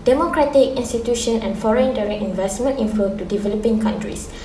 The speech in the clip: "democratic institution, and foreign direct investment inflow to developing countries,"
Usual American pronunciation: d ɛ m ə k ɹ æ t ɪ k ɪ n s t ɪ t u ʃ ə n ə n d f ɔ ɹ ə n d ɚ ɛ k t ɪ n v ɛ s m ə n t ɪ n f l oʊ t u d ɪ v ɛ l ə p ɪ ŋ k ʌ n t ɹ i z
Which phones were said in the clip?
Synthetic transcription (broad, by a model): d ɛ m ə k ɹ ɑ t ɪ k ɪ n s t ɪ t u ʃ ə n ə n f ɔ ɹ ə n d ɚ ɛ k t ɪ n v ɛ s m ə n t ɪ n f oʊ t u d ɪ v ɛ l ə p ɪ ŋ k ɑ n t ɹ i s